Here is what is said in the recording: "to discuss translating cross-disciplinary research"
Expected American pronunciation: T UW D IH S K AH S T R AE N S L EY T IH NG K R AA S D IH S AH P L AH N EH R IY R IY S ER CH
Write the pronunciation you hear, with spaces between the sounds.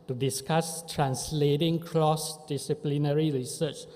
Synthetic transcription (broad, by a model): T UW D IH S K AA S T R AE N S L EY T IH NG K L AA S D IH S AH P L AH N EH R IY R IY S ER CH